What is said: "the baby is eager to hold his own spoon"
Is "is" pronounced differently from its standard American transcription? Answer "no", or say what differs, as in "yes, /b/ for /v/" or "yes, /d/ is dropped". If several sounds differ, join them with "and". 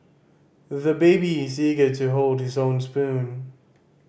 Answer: no